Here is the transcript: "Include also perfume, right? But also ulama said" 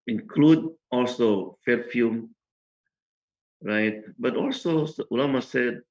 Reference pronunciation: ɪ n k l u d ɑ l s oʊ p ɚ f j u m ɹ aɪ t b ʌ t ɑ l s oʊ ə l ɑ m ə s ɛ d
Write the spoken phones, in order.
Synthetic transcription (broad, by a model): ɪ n k l u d ɑ l s oʊ f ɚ f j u m ɹ aɪ t b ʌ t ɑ l s oʊ ə l ɑ m ə s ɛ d